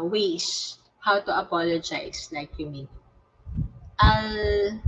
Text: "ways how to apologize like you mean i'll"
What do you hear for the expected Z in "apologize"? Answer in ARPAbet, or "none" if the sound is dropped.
S